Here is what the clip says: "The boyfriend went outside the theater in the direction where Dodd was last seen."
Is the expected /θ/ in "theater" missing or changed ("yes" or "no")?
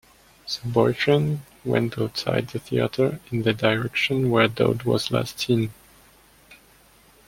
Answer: no